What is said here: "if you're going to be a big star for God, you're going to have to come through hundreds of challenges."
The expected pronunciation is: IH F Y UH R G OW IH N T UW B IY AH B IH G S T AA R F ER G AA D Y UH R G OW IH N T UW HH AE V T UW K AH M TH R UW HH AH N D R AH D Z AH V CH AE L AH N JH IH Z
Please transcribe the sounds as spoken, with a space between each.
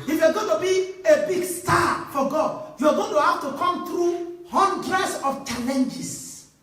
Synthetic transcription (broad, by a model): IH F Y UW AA G OW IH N T UW B IY AH B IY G S T AA F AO G AA D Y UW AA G OW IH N T UW HH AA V T UW K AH M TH R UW HH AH N D R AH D S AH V CH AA L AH N JH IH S